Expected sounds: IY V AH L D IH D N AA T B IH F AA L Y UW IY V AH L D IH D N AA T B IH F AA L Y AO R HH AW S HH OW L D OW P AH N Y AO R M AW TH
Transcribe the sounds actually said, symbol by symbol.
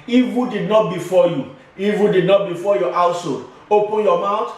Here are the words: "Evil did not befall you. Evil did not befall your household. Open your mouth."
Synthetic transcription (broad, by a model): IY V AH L D IH D N AA T B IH F AA Y UW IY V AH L D IH D N AA T B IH F AA Y AO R AW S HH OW D OW P AH N Y AO M AW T